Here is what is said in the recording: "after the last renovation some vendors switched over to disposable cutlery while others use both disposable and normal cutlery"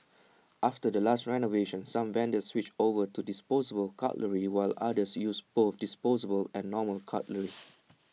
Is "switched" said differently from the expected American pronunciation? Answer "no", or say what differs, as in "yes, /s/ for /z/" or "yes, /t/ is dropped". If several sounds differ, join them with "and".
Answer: yes, /t/ is dropped